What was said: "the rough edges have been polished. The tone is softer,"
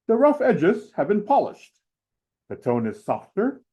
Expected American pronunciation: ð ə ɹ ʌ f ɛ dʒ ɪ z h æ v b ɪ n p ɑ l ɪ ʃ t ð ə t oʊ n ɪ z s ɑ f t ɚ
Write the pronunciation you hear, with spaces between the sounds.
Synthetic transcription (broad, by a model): ð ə ɹ ʌ f ɛ dʒ ɪ z h æ v b ɪ n p ɑ l ɪ ʃ t ð ə t oʊ n ɪ z s ɑ f t ɚ